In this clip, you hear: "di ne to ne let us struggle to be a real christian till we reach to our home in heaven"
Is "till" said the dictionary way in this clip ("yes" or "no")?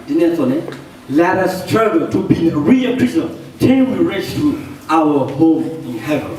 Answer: no